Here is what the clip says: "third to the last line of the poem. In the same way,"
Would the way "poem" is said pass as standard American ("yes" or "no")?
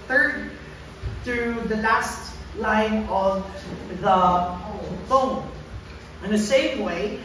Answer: no